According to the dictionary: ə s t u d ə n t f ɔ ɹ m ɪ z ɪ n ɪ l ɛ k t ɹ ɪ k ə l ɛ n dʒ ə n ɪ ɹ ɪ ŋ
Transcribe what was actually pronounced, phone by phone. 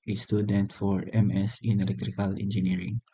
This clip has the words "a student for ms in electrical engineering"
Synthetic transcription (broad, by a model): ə s t u d ə n t f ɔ ɹ m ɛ s ɪ n ɪ l ɛ k t ɹ ɪ k ə l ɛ n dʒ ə n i ɹ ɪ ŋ